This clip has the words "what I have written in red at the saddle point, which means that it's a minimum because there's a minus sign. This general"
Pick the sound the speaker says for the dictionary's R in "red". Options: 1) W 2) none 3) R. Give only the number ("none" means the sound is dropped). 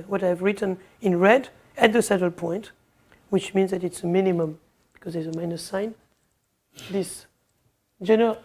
3